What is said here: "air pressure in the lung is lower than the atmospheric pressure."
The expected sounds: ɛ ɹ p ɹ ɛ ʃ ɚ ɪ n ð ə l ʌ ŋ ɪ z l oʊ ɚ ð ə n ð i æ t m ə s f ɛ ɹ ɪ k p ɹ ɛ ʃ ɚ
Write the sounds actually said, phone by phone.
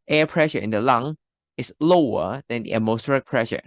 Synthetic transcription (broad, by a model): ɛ p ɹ ɛ ʃ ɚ ɪ n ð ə l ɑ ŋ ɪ s l oʊ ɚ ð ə n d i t m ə s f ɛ ɹ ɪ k p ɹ ɛ ʃ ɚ